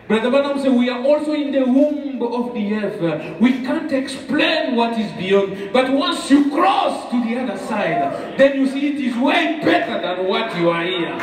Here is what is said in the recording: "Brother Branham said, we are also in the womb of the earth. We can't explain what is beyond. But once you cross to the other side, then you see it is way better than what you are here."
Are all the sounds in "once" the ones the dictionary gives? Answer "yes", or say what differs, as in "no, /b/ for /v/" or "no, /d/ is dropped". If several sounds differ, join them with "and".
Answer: yes